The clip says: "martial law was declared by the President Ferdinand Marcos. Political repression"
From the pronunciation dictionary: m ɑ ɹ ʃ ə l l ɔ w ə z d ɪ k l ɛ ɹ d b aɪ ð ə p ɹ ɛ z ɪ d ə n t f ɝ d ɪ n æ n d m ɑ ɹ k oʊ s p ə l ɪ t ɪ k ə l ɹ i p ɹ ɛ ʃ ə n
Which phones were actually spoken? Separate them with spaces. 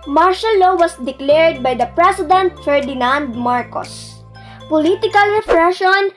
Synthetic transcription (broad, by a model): m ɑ ɹ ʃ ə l l ɔ w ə s d ɪ k l ɛ ɹ d b aɪ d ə p ɹ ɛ s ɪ d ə n t f ɝ d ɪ n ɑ n d m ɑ ɹ k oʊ s p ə l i t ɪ k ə l ɹ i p ɹ ɛ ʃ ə n